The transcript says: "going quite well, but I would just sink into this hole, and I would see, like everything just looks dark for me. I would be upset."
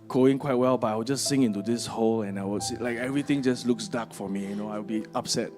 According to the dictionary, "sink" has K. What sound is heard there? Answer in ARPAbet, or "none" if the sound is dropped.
none